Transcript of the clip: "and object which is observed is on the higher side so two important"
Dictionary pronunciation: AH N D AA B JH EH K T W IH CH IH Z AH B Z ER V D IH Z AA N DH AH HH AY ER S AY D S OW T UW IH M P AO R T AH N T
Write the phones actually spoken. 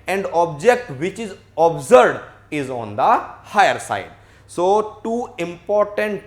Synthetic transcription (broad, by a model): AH N D AA B JH EH K T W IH CH IH Z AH B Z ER D IH Z AA N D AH HH AY ER S AY D S OW T UW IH M P AO R T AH N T